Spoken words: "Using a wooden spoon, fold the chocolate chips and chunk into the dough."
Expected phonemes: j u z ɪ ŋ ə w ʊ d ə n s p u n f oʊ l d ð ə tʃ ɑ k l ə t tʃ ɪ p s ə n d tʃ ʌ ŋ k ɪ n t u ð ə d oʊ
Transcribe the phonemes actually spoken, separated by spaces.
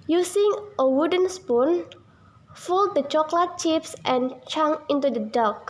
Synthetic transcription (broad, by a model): j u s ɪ ŋ ə w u d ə n s p u n f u l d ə tʃ ɑ k l ə t tʃ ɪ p s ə n tʃ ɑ ŋ ɪ n t u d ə d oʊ